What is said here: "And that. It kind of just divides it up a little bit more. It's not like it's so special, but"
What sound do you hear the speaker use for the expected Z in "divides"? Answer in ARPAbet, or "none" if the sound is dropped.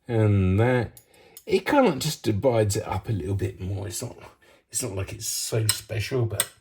Z